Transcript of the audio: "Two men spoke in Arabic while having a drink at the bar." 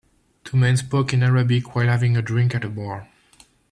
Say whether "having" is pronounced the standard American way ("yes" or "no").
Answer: yes